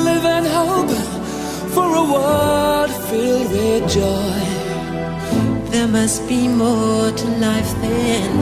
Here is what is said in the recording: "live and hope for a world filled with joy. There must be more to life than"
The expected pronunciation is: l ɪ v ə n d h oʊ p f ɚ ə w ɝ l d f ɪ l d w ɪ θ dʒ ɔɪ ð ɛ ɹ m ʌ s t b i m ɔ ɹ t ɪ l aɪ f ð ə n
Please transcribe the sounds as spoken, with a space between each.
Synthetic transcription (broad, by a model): l ɪ v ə n h oʊ p f ɚ ə w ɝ d f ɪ l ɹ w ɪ dʒ ɔɪ ð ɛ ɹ m ʌ s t b i m ɔ ɹ t ɪ l aɪ f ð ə n